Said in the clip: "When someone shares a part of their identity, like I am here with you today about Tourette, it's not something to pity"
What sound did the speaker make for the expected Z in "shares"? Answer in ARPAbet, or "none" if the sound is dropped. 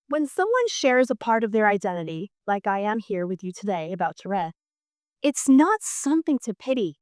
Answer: Z